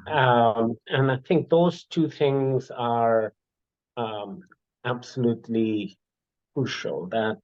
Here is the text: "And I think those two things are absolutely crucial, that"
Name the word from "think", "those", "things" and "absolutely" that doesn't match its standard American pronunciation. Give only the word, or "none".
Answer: none